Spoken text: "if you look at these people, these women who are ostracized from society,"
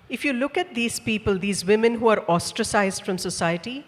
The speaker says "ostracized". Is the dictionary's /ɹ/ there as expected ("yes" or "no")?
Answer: yes